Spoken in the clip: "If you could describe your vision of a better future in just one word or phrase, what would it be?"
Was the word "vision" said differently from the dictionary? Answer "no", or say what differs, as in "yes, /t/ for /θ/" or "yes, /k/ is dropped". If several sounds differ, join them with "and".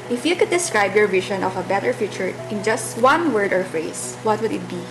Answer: yes, /ʃ/ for /ʒ/